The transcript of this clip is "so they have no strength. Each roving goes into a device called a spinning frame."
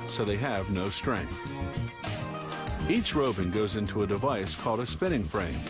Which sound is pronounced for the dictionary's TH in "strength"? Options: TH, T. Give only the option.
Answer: TH